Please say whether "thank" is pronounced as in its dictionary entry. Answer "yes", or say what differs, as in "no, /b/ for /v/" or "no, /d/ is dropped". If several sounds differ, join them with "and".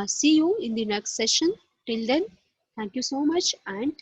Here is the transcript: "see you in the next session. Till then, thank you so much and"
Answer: no, /t/ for /θ/